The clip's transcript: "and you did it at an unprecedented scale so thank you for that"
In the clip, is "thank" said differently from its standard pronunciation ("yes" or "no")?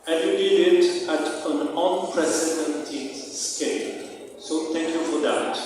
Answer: yes